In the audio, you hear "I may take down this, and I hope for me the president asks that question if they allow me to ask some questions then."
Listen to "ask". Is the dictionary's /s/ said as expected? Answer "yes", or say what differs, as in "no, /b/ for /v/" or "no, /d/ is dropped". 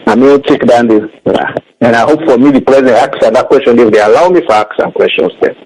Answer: no, /s/ is dropped